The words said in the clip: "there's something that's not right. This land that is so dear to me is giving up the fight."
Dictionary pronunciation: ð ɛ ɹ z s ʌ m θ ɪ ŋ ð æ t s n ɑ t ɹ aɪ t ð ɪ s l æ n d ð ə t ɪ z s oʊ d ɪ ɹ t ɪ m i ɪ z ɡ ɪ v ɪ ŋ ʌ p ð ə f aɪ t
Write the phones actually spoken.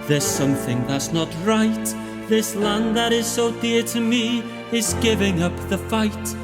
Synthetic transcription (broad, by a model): ð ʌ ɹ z s ʌ m θ ɪ ŋ ð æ t s n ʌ t ɹ aɪ t ð ɪ s l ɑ n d ð ə t ɪ z s oʊ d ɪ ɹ t ɪ m i ɪ z ɡ ɪ v ɪ ŋ ʌ p ð ə f aɪ t